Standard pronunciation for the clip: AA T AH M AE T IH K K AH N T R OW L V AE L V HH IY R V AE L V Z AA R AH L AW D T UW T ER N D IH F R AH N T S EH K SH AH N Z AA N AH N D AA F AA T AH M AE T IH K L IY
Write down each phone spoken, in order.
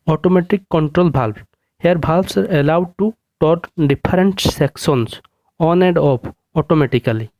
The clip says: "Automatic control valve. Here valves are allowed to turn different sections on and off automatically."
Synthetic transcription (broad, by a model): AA T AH M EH T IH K K AH N T R OW L B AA L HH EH R B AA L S AA R AH L AW D T UW T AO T D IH P R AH N T S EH K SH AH N S AA N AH D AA P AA T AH M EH T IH K L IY